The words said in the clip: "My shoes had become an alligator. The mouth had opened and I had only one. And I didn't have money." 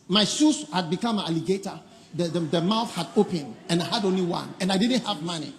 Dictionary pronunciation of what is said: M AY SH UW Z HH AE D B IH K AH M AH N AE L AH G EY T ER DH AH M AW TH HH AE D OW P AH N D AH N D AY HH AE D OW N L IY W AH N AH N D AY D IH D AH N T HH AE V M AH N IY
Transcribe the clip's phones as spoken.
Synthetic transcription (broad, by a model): M AY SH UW S HH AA D B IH K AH M AH N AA L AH G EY T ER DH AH M AW TH HH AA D OW P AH N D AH N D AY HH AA D OW N L IY W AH N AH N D AY D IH D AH N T HH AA V M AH N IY